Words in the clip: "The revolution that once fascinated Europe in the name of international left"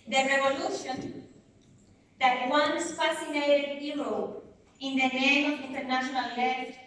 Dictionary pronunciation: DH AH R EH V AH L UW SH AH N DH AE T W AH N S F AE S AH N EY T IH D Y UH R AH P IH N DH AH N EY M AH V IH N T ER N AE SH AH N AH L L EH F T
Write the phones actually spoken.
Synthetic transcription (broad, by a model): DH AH R EH V AH L UW SH AH N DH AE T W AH N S F AE S AH N EY T IH D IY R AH IH N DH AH N EY M AH V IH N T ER N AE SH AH N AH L L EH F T